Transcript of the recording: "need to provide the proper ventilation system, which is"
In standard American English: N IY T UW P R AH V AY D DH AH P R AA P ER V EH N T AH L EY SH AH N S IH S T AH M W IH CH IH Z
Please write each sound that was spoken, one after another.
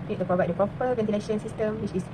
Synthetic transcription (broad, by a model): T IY T UW P R AH V AY D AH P R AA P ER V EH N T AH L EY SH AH N S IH S T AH M W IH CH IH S